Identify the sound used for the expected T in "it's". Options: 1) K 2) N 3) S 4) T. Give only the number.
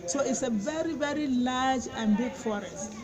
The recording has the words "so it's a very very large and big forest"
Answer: 4